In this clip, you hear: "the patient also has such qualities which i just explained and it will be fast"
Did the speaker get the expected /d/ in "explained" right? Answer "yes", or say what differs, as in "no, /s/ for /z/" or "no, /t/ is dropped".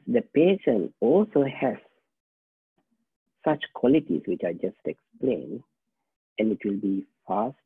no, /d/ is dropped